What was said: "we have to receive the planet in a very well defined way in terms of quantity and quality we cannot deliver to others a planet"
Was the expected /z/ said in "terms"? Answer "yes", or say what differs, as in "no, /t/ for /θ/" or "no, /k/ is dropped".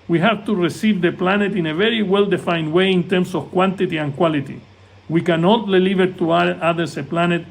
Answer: no, /s/ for /z/